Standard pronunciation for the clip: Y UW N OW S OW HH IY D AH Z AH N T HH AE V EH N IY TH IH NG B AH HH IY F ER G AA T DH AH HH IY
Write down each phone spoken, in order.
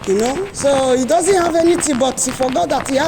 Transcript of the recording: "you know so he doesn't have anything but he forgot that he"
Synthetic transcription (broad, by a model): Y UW N OW S OW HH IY D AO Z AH N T HH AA V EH N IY T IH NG B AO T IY F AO G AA T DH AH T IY